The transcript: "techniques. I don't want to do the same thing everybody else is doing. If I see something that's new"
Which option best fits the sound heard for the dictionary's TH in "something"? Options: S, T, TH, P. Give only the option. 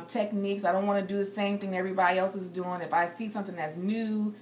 TH